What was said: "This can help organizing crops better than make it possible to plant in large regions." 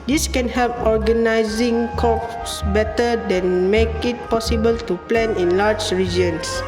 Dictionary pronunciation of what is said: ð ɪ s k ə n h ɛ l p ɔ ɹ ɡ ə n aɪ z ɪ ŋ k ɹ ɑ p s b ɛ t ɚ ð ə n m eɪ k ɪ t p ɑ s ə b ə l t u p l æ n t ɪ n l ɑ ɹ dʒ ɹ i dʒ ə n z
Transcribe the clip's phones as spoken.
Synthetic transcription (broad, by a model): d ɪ s k ə n h ɛ l p ɔ ɹ ɡ ə n aɪ z ɪ ŋ k ɑ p s b ɛ t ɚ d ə n m eɪ k ɪ t p ɑ s ə b ə l t u p l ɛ n ɪ n l ɑ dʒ ɹ i dʒ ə n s